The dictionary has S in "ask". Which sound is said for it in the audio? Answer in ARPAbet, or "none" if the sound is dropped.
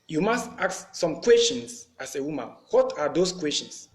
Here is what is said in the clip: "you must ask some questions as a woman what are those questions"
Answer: none